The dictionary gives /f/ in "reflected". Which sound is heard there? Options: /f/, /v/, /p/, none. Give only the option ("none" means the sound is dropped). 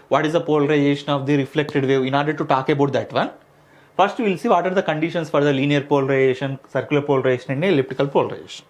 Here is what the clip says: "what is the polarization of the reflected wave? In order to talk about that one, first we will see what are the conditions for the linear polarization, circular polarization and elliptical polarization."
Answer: /f/